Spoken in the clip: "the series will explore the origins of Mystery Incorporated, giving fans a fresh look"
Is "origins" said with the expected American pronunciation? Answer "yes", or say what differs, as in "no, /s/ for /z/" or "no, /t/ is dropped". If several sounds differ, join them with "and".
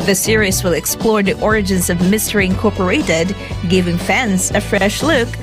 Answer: yes